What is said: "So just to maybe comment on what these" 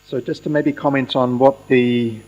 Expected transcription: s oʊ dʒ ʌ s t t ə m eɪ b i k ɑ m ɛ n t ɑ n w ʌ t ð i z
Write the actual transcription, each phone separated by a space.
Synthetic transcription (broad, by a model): s oʊ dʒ ʌ s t t ə m eɪ b i k ɑ m ɛ n t n w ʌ t ð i